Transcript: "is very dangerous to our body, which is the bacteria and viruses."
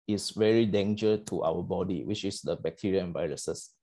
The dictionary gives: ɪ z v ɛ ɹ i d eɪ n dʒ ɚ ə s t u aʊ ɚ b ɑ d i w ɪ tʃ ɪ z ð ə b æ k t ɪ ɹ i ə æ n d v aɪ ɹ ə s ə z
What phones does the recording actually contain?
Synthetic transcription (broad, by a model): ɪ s v ɛ ɹ i d eɪ n dʒ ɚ ə t u aʊ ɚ b ɑ d i w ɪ tʃ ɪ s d ə b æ k t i ɹ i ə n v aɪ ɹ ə s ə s